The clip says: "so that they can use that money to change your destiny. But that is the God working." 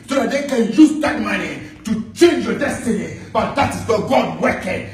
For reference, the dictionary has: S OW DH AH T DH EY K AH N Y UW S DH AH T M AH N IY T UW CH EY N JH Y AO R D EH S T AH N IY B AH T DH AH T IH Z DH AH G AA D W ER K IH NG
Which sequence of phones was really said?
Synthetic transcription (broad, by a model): S OW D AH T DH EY K AH N Y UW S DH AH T M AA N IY T UW CH EY N JH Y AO D EH S T AH N IY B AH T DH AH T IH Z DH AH G AA D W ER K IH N